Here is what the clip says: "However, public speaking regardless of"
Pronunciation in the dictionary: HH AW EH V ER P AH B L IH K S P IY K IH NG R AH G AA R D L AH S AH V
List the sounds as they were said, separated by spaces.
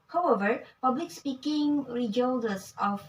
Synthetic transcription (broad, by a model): HH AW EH V ER P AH B L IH K S P IY K IH NG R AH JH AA L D AH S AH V